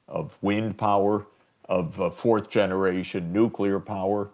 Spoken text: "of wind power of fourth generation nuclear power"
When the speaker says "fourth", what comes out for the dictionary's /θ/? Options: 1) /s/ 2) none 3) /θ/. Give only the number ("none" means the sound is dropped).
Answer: 3